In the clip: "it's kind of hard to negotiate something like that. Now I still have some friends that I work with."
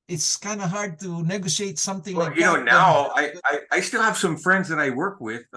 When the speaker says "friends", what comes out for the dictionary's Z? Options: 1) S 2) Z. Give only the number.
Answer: 2